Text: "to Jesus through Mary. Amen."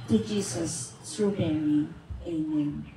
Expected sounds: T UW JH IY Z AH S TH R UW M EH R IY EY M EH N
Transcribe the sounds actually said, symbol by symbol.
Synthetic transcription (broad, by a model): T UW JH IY S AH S T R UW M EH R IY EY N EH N